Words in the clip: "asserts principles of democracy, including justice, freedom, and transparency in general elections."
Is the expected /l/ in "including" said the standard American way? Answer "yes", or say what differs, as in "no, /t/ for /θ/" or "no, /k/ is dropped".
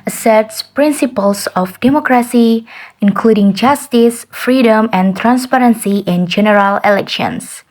yes